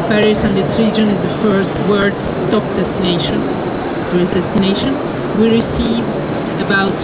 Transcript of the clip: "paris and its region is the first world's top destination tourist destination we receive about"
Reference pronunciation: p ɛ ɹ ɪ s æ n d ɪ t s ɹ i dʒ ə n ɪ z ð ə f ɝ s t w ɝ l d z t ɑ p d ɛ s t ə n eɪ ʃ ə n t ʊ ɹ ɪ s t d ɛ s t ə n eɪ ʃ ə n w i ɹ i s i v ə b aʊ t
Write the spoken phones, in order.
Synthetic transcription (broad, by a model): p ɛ ɹ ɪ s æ n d ɪ t s ɹ i dʒ ə n ɪ z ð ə f ɝ s t w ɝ d s t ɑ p d ɛ s t ə n eɪ ʃ ə n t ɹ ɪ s d ɛ s t ə n eɪ ʃ ə n w i ɹ i s i v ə b aʊ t